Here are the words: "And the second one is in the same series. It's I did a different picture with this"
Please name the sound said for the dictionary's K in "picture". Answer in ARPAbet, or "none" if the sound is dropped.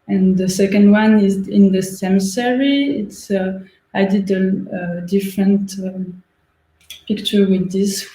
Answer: K